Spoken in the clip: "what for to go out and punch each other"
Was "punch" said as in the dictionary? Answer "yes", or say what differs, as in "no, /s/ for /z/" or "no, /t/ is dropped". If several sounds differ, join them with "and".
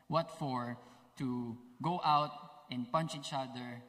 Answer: yes